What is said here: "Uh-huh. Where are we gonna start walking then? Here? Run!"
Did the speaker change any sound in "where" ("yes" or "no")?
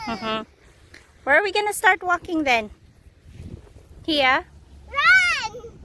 yes